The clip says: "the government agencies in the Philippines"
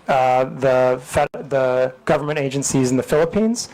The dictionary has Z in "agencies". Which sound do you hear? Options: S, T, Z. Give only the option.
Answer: Z